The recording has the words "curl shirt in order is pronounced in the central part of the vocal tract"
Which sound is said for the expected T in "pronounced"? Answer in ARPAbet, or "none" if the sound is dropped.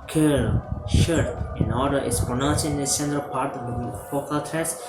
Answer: none